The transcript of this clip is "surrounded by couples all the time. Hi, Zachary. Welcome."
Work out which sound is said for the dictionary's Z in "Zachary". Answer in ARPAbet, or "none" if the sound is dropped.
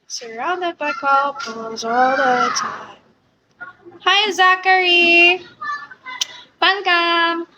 Z